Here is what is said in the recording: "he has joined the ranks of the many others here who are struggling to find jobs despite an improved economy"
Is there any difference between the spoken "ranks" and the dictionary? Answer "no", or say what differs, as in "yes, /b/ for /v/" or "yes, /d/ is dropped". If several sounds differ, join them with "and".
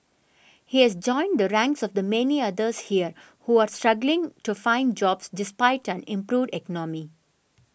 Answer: no